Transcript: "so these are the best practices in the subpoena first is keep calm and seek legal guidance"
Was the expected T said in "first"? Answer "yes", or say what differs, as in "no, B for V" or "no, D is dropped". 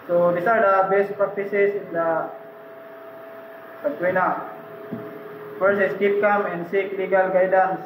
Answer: no, T is dropped